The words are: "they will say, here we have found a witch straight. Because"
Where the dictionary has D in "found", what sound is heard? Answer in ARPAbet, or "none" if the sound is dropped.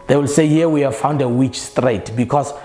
D